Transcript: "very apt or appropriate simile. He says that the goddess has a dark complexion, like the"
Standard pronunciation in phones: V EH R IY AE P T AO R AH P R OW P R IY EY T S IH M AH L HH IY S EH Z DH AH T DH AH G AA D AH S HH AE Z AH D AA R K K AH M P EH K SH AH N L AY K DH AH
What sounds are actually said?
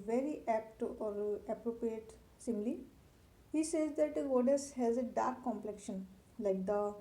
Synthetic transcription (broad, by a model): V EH R IY AE P T AO R AH P R OW P R IY EY T S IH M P L HH IY S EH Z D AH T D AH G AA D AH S HH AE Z AH D AA R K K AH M P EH K SH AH N L AY K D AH